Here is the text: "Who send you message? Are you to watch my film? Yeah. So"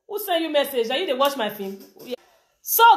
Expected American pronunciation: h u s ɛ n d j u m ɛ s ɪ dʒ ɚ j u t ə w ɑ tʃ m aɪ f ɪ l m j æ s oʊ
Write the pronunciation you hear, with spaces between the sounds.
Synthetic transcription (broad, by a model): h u s ɛ n d j u m ɛ s ɪ dʒ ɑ j u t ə w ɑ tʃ m aɪ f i m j s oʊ